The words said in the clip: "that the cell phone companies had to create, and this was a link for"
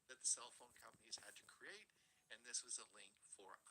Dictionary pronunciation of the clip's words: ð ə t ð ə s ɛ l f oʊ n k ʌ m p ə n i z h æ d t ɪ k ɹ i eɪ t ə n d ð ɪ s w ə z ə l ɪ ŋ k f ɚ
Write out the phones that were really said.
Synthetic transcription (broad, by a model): ð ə t ð ə s ɛ l f oʊ n k ʌ m p ə n i z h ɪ d t ɪ k ɹ i eɪ t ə n ð ɪ s w ə z ə l ɪ ŋ k f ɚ